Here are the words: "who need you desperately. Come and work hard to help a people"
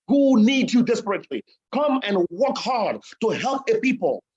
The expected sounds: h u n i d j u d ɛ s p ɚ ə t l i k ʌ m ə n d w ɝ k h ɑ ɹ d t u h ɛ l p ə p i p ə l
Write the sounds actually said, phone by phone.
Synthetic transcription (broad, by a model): h u n i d j u d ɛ s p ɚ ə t l i k ʌ m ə n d w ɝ k h ɑ ɹ d t u h ɛ l p ə p i p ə l